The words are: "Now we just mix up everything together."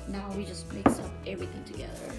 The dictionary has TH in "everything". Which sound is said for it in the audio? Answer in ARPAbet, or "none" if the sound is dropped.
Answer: TH